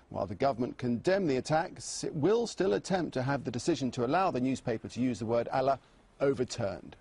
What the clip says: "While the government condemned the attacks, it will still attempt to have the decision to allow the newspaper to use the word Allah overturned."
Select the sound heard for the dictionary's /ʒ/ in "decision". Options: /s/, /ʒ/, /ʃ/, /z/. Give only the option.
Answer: /ʒ/